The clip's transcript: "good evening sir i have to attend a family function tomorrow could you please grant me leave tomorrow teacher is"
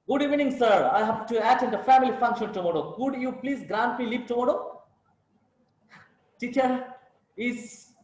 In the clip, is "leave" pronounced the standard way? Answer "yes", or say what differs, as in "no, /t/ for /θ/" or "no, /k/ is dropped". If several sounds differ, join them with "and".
no, /p/ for /v/